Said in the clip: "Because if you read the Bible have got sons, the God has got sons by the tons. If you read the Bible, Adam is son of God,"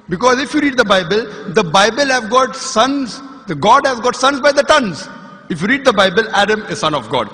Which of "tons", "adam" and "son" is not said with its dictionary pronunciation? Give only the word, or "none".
none